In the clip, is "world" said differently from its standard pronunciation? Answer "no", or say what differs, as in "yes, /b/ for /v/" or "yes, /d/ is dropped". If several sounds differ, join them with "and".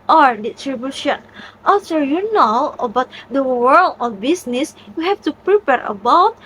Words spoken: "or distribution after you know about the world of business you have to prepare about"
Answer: no